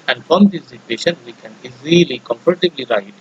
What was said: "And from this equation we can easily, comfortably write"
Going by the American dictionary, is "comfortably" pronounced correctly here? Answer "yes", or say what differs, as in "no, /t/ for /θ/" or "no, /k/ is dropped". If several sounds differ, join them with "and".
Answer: no, /p/ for /f/